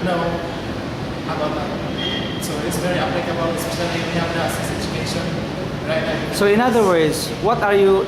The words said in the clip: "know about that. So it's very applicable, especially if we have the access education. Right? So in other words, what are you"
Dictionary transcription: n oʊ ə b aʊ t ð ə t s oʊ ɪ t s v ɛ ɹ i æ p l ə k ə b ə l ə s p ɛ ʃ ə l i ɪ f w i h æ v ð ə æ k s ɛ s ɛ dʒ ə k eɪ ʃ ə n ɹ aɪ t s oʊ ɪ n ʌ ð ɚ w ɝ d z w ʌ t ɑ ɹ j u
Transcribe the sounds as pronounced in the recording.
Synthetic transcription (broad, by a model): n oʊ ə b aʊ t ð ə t s oʊ ɪ t s v ɛ ɹ i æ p l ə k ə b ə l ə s i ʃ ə n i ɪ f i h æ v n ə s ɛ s ɛ dʒ ə k eɪ ʃ ə n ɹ aɪ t s oʊ ɪ n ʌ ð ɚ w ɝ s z w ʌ t ɑ ɹ j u